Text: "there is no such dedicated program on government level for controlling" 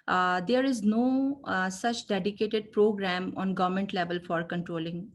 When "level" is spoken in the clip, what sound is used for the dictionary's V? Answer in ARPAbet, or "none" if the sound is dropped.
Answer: V